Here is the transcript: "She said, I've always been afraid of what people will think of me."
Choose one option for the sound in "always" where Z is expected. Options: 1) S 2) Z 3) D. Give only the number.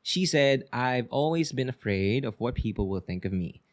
2